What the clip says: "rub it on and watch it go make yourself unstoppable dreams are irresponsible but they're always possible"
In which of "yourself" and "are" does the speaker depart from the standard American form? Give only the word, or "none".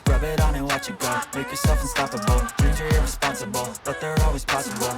none